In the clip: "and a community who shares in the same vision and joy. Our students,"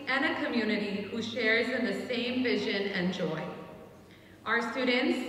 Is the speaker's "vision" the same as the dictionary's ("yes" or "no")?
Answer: yes